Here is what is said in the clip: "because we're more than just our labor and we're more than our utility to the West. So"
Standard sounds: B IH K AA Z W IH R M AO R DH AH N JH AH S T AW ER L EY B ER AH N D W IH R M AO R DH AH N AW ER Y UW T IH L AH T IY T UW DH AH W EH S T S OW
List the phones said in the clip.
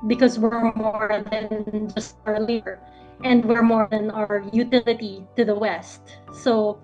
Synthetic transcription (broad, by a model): B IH K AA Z W IH R M AO R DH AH N JH AH S T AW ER L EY ER AH N D W IH R M AO R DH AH N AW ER Y UW T IH L AH T IY T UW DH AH W EH S T S OW